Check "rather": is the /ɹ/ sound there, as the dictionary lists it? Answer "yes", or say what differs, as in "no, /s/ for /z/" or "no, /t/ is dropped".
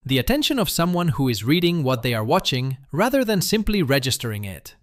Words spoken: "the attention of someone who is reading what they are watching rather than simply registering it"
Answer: yes